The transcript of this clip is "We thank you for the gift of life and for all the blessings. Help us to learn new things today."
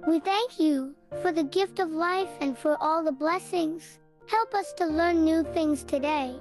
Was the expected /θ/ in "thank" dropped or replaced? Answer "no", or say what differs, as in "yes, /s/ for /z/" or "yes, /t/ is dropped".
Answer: no